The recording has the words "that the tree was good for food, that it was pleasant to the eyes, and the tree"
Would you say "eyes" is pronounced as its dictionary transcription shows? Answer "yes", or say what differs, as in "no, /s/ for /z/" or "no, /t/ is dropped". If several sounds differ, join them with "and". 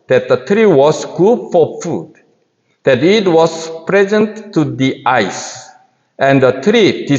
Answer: no, /s/ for /z/